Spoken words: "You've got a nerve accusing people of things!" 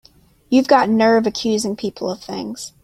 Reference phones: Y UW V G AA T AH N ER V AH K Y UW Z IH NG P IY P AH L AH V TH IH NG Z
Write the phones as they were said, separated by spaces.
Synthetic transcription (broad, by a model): Y UW V G AA T N ER V AH K Y UW Z IH NG P IY P L AH V TH IH NG Z